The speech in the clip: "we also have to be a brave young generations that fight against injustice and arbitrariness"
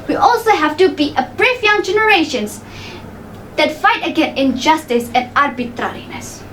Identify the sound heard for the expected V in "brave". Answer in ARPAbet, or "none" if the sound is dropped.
F